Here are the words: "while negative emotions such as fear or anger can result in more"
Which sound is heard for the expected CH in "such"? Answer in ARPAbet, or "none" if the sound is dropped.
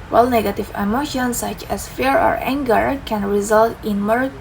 CH